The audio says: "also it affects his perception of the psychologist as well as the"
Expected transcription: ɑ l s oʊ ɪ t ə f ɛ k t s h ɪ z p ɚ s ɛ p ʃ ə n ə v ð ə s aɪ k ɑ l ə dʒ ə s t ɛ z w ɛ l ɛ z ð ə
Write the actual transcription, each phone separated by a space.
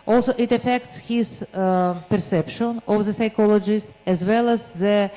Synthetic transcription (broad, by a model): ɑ l s oʊ ɪ t ə f ɛ k t s h ɪ z p ɚ s ɛ p ʃ ə n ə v ð ə s aɪ k ɑ l ə dʒ ə s t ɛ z w ɛ l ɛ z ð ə